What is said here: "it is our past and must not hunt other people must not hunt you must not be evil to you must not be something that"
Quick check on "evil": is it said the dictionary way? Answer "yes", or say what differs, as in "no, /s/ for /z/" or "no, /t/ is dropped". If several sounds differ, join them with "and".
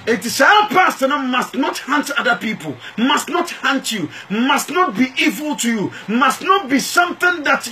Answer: yes